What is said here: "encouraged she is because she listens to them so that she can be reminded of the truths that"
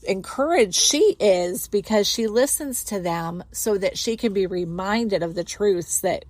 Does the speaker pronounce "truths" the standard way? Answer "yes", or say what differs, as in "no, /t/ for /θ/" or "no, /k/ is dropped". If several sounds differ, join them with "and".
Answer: yes